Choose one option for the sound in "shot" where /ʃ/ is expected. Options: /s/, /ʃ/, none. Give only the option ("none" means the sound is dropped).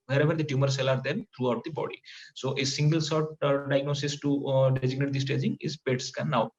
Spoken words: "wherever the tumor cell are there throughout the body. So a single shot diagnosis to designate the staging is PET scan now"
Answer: /s/